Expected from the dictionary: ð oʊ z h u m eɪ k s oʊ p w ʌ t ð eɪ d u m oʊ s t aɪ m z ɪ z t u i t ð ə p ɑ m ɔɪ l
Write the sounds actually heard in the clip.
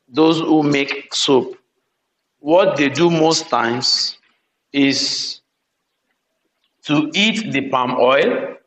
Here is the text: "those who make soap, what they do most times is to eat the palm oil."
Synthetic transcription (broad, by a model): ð oʊ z h u m eɪ k s oʊ p w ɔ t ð eɪ d u m oʊ s t aɪ m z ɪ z t u i t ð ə p ɑ m ɔɪ l